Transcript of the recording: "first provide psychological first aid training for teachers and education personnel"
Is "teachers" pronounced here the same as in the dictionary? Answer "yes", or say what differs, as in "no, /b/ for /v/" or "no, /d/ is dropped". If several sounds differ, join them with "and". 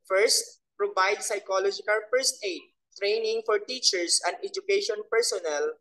no, /s/ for /z/